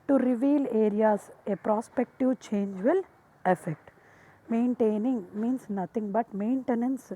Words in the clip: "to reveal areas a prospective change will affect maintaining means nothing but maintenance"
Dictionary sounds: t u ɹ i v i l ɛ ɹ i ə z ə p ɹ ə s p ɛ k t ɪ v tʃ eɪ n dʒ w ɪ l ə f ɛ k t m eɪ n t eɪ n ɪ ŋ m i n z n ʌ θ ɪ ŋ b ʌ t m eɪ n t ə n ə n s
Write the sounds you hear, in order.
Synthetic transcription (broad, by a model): t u ɹ i v i l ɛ ɹ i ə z ə p ɹ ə s p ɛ k t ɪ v tʃ eɪ n dʒ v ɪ l ə f ɛ k t m eɪ n t eɪ n ɪ ŋ m i n s n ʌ t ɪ ŋ b ʌ t m eɪ n t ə n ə n s